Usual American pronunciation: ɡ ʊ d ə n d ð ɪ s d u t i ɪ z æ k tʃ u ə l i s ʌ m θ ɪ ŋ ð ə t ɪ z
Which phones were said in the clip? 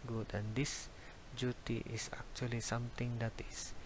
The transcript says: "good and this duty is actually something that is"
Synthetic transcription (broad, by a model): ɡ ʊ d ə n d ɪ s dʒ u t i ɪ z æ k tʃ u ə l i s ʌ m t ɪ ŋ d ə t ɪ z